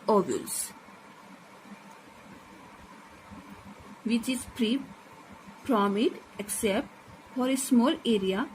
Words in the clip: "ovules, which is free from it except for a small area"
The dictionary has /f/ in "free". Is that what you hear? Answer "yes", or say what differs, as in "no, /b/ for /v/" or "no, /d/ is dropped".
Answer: no, /p/ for /f/